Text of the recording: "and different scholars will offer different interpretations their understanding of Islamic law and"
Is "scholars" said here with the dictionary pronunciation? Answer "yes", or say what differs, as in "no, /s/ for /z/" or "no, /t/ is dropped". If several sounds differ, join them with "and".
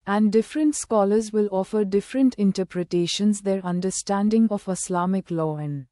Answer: yes